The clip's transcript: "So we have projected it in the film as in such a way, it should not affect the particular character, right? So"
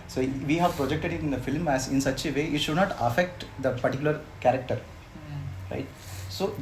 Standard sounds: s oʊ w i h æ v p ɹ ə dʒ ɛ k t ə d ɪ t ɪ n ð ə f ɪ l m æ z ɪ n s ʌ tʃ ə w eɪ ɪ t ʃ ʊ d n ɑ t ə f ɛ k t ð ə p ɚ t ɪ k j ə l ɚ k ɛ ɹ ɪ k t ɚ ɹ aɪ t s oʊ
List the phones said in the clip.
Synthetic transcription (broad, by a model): s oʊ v i h æ v p ɹ ə dʒ ɛ k t ə d ɪ t ɪ n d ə f ɪ l m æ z ɪ n s ʌ tʃ ə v eɪ ɪ t ʃ ʊ d n ɑ t ə f ɛ k t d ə p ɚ t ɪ k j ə l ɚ k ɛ ɹ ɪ k t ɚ ɹ aɪ t s oʊ